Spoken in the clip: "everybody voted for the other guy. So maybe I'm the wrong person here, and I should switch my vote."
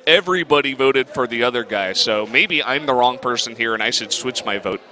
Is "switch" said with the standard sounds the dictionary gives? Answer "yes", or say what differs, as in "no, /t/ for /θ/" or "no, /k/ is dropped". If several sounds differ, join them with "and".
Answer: yes